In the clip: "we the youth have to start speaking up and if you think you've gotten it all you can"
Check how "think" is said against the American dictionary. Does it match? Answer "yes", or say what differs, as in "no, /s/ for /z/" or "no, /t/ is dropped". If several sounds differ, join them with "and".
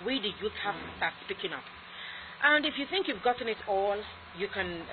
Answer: yes